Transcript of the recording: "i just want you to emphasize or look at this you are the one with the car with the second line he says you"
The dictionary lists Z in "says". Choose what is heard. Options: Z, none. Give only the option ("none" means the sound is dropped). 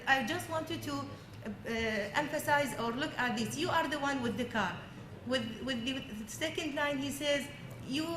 Z